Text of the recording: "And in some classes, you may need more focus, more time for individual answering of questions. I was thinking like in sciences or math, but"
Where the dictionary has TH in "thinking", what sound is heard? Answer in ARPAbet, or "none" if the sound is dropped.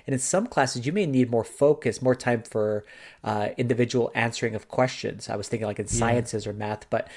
TH